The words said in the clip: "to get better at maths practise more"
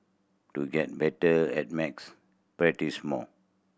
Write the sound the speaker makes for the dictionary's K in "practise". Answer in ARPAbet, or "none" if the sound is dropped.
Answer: none